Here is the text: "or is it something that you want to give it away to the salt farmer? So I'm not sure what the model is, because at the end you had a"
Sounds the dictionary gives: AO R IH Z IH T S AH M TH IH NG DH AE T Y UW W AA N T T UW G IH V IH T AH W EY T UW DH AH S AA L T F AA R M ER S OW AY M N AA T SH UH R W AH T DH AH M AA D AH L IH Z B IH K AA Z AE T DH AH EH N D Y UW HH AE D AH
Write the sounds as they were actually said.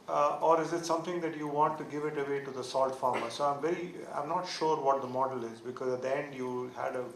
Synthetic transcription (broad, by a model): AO R IH Z IH T S AH M T IH NG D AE T Y UW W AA N T T UW G IH V IH T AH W EY T UW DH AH S AA L T F AA R M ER S OW AY M N AA T SH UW R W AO T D AH M AA D AH L IH Z B IH K AA Z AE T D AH EH N D Y UW HH AE D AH